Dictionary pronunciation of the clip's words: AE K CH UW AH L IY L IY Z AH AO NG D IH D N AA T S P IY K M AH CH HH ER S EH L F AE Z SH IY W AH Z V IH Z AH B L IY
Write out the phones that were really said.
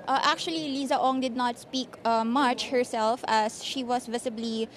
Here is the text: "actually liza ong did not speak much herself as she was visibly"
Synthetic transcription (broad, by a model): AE K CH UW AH L IY L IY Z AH AO NG D IH D N AA T S P IY K M AH CH HH ER S EH L F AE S SH IY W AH S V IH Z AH B L IY